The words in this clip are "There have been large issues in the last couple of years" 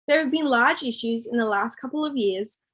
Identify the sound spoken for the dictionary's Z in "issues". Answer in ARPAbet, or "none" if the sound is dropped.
Z